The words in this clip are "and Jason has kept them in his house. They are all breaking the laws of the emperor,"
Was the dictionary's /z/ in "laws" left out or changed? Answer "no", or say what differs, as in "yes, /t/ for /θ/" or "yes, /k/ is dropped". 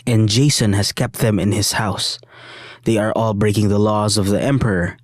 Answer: no